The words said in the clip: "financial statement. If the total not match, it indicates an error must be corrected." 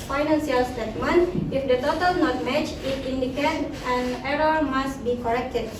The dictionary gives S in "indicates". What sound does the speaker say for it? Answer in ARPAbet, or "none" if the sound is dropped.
none